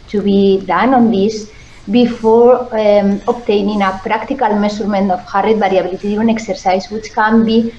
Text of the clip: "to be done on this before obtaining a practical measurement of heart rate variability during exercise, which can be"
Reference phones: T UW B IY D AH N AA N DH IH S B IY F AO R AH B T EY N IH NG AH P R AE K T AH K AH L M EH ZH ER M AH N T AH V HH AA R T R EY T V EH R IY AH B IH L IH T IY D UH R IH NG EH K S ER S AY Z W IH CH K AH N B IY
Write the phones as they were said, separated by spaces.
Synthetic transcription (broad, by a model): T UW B IY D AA N AA N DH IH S B IY F AO R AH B T EY N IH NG AH P R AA K T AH K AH L M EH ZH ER M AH N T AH F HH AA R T R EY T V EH R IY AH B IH L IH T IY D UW IH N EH K S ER S AY S W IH CH K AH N B IY